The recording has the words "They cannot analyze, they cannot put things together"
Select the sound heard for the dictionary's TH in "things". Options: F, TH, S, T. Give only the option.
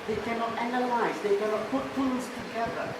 F